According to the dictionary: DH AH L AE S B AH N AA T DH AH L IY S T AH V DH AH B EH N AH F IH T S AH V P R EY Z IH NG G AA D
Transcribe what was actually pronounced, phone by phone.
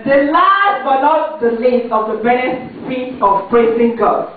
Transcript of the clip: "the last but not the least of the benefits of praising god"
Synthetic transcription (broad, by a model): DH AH L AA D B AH L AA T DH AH L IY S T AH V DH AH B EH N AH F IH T AH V P R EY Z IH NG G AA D